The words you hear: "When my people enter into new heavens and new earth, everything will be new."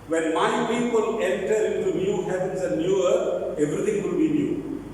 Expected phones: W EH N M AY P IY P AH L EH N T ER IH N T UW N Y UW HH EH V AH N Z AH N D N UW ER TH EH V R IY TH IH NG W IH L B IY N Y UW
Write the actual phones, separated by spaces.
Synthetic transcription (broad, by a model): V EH N M AY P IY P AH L EH N T ER IH N T UW N Y UW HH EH P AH N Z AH N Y UW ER T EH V R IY T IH NG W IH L B IY N Y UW